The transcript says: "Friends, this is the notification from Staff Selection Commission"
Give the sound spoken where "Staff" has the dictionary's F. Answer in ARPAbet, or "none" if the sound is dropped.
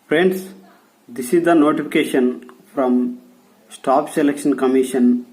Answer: P